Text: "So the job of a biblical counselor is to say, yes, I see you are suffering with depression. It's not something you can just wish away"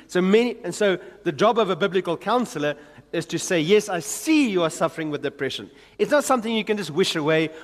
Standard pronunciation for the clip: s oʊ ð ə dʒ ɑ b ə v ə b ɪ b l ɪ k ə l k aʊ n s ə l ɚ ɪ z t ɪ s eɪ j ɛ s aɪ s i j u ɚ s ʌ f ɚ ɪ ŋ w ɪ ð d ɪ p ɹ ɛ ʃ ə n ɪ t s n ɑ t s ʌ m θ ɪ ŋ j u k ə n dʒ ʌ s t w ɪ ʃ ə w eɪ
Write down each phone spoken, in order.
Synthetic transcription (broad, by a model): s oʊ ð ə dʒ ɑ b ə v ə b ɪ b l ɪ k ə l k aʊ n s ə l ɚ ɪ z t ɪ s eɪ j ɛ s aɪ s i j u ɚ s ʌ f ɚ ɪ ŋ w ɪ ð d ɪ p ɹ ɛ ʃ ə n ɪ t s n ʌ t s ʌ m θ ɪ ŋ j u k ə n dʒ ʌ s t w ɪ ʃ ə w eɪ